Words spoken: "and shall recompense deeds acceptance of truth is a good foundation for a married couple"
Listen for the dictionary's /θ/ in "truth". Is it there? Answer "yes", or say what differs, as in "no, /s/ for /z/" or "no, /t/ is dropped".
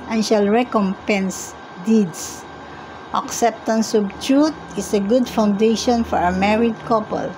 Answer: no, /t/ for /θ/